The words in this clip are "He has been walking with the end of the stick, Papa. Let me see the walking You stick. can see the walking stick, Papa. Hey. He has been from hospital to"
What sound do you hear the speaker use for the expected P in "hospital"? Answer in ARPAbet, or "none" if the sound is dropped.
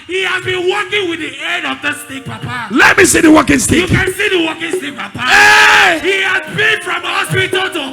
none